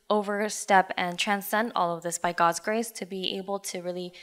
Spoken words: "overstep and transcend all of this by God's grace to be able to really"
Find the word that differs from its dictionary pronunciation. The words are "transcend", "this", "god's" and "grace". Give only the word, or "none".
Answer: none